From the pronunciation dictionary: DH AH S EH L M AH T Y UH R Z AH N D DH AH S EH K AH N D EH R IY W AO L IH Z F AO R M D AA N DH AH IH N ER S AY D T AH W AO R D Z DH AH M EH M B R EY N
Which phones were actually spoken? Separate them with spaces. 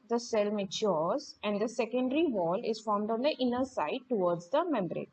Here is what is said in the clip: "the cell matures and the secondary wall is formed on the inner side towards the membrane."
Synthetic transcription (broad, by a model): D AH S EH L M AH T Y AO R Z AH N D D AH S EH K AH N D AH R IY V AO L IH Z F AO R M D AA N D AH IH N ER S AY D T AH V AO R D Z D AH M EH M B R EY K